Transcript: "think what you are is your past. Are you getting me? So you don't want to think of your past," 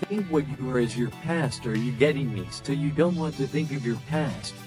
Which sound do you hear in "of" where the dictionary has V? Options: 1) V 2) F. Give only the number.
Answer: 1